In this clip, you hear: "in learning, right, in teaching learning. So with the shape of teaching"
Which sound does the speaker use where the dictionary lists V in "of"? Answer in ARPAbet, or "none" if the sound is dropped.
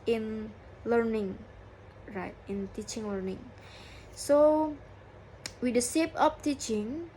P